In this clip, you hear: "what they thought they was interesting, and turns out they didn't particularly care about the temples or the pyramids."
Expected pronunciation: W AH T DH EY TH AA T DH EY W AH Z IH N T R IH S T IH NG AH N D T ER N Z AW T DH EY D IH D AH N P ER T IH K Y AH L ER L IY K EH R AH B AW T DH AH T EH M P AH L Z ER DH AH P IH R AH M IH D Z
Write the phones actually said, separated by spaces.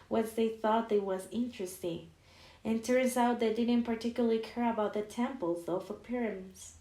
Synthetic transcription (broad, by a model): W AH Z DH EY TH AA T DH EY W AH Z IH N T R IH S T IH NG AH N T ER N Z AW T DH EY D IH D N P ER T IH K Y L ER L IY K EH R AH B AW T DH AH T EH M P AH L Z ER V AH P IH R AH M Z